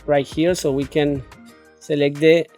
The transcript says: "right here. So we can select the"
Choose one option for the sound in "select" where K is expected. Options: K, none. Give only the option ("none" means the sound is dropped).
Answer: K